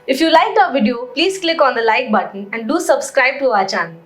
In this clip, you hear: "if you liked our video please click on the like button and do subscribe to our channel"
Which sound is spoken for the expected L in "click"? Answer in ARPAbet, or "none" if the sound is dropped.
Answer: L